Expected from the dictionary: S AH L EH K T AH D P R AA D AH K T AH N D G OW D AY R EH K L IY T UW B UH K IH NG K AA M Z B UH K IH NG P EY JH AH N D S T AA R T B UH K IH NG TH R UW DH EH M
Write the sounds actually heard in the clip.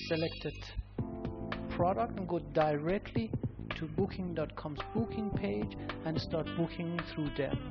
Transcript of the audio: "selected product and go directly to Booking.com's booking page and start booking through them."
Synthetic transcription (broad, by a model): S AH L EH K T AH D P R AA D AH K T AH N G OW D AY R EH K L IY T UW B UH K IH NG K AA M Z B UH K IH NG P EY JH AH N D S T AA R T B UH K IH NG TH R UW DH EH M